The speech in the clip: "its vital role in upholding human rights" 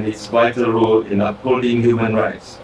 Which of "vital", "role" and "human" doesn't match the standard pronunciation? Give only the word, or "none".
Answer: vital